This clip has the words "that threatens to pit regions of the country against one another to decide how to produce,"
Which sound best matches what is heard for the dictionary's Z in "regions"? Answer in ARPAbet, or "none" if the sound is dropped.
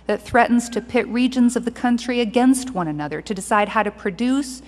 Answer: Z